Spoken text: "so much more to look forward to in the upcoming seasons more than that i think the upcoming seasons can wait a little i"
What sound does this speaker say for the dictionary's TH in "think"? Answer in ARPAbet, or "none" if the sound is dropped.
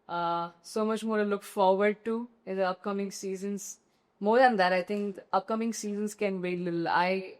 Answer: T